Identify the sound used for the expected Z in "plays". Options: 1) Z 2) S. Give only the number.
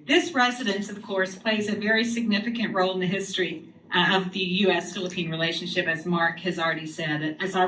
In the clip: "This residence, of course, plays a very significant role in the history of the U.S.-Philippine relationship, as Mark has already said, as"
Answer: 1